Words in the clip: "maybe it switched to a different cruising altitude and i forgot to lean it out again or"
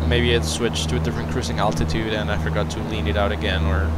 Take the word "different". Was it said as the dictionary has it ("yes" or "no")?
no